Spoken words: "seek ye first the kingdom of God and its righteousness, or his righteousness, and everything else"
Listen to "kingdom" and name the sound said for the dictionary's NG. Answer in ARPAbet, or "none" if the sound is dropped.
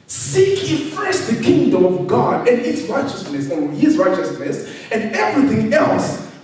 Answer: NG